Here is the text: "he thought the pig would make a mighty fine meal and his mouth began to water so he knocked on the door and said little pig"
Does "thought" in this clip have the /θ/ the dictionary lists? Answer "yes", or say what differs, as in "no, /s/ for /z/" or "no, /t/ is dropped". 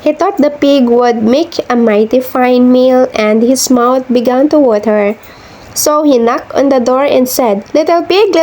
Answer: no, /t/ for /θ/